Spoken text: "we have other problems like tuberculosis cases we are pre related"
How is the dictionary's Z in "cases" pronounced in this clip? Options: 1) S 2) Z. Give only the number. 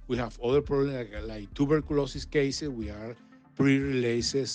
1